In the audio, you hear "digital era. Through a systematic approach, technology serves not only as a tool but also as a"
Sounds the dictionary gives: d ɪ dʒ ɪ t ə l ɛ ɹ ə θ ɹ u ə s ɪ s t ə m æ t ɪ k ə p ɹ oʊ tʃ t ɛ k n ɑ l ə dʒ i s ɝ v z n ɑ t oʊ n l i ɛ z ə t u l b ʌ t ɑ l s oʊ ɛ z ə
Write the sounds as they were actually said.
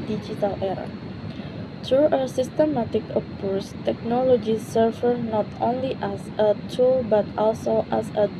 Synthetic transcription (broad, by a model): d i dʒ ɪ t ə l ɛ ɹ ə t ɹ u ə s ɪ s t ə m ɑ t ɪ k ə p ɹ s t ɛ k n ɑ l ə dʒ i s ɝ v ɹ n ɑ t oʊ n l i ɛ s ə t u l b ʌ t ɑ l s oʊ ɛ s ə